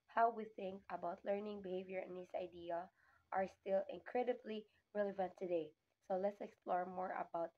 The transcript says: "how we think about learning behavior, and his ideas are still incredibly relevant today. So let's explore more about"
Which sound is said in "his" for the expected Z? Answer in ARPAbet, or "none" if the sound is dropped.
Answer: S